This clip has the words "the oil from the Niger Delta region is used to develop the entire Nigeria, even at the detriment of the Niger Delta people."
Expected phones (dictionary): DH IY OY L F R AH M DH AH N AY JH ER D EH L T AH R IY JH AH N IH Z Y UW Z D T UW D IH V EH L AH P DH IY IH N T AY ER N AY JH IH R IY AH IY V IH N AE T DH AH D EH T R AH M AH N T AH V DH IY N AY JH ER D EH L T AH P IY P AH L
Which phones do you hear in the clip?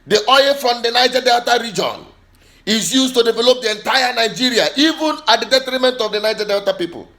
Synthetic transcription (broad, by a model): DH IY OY F R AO M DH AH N AY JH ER D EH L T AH R IY JH AH N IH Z Y UW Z T UW D IH V EH L AH P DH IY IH N T AY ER N AY JH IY R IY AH IY V IH N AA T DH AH D EH T R AH M AH N T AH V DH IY N AY JH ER D EH L T AH P IY P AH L